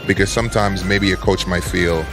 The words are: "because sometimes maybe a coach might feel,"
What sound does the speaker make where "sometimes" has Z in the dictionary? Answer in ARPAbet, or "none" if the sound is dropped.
Z